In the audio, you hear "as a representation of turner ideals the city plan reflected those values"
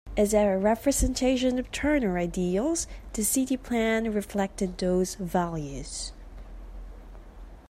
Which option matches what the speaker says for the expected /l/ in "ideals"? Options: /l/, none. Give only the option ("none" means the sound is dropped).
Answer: /l/